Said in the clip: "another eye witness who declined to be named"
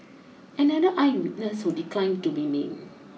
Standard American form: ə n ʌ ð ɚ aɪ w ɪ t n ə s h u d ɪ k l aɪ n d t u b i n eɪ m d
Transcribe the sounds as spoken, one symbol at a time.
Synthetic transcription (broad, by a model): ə n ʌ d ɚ aɪ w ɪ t n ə s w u d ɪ k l aɪ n t u b i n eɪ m